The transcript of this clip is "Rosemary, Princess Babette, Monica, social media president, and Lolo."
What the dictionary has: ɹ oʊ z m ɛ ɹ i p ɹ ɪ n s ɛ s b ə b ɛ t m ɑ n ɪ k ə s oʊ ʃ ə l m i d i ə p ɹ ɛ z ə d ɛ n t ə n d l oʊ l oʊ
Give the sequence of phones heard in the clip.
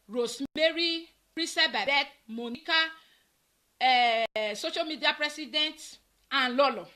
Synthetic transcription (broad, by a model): ɹ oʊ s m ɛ ɹ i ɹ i s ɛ b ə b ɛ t m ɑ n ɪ k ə s oʊ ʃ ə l m i d i ə p ɹ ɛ s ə d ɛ n t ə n l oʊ l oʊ